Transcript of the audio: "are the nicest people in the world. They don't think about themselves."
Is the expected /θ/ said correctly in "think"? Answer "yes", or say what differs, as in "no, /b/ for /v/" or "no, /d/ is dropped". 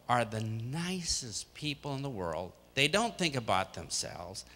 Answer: yes